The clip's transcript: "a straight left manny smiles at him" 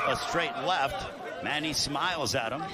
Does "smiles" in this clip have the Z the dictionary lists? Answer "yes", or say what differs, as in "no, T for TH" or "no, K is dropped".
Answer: yes